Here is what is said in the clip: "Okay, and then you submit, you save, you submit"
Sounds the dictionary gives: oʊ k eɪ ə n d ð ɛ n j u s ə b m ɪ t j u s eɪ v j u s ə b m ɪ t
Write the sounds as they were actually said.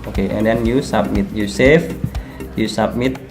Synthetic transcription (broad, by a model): oʊ k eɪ ə n d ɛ n j u s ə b m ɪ t j u s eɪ f j u s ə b m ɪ t